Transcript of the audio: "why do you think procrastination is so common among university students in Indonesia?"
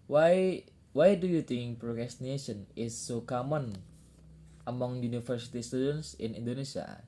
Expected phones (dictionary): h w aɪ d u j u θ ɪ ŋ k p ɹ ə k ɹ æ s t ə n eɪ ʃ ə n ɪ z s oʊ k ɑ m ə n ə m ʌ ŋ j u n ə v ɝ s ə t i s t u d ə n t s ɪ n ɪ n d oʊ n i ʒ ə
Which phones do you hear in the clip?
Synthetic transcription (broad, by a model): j w aɪ d u j u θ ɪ ŋ k p ɹ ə k ɹ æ s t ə n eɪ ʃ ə n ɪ s oʊ k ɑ m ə n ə m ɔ ŋ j u n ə f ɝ s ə t i s t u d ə n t s ɪ n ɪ n d oʊ n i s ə